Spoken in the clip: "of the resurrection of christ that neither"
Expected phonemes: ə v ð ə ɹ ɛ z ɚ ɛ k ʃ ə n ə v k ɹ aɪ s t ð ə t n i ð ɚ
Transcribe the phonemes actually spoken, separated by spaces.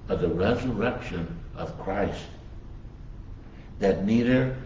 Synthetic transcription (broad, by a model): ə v ð ə ɹ ɛ z ɚ ɛ k ʃ ə n ə v k ɹ aɪ s t ð ə t n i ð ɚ